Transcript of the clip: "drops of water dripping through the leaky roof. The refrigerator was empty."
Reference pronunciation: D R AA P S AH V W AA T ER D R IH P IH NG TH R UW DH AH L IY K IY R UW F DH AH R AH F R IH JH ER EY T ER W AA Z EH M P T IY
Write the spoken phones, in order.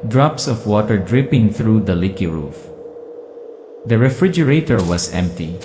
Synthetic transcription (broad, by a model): D R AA P S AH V W AA T ER D R IH P IH NG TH R UW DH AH L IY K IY R UW F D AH R AH F R IH JH ER EY T ER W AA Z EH M P T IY